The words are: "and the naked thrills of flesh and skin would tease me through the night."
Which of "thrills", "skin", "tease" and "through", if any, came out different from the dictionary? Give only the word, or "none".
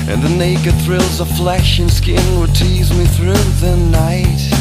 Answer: none